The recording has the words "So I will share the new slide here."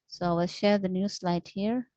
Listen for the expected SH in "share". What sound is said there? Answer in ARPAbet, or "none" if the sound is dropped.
SH